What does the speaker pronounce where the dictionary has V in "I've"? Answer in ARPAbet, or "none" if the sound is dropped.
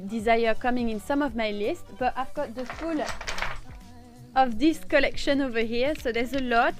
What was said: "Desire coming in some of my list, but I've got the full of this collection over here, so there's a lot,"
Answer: V